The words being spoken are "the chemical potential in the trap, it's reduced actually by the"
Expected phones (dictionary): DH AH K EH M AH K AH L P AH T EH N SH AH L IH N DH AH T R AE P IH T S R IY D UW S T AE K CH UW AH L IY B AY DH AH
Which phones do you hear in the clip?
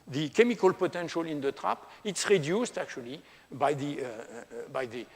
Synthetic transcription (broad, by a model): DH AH K EH M AH K AH L P AH T EH N SH AH L IH N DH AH T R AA P IH T S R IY D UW S T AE K CH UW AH L IY B AY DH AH